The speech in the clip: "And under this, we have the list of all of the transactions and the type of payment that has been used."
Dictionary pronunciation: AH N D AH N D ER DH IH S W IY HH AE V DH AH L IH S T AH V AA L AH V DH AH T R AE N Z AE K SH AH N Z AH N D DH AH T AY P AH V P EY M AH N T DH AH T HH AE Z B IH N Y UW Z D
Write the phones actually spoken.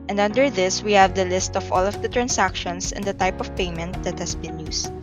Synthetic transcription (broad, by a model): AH N D AH N D ER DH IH S W IY HH AE V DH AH L IH S T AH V AA L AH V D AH T R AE N S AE K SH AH N S AH N D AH T AY P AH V P EY M AH N T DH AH T HH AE S B IH N Y UW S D